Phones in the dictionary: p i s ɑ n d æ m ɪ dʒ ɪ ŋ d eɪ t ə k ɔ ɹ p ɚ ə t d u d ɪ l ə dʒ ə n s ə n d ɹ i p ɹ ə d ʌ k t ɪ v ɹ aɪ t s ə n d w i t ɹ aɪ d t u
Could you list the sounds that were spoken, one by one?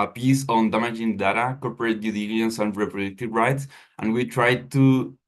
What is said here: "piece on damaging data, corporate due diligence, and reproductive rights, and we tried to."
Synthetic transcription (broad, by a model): p i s ɑ n d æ m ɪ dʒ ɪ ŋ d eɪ t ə k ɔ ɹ p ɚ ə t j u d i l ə ə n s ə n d ɹ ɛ p ɹ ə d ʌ k t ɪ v ɹ aɪ t s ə n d w i t ɹ aɪ d t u